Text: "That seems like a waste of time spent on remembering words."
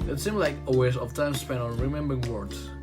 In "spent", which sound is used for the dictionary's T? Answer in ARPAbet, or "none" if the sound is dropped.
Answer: none